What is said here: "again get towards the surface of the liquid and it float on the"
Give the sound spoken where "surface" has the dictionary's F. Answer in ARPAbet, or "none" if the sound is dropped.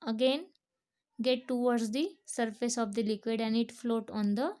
F